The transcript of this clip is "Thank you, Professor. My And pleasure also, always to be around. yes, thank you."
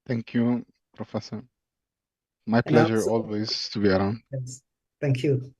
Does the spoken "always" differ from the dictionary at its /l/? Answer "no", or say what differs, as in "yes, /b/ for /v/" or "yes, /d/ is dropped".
no